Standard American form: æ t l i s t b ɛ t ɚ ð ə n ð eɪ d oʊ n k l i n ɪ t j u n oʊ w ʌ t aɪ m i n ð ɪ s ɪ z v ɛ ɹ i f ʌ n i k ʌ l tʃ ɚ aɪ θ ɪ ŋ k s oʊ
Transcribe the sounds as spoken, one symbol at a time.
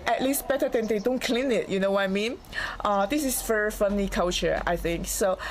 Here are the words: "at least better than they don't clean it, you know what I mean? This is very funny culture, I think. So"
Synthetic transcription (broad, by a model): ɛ t l i s t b ɛ t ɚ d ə n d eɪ d oʊ n k l i n ɪ t j u n oʊ w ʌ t aɪ m i n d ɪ s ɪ s v ɛ ɹ i f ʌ n i k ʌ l tʃ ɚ aɪ θ ɪ ŋ k s oʊ